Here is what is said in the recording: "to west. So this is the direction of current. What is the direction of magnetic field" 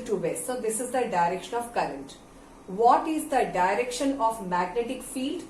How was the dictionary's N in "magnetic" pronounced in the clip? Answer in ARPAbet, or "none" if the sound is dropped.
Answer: N